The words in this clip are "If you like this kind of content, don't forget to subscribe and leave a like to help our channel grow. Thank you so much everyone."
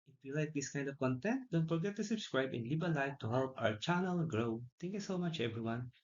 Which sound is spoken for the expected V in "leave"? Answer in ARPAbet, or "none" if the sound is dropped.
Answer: B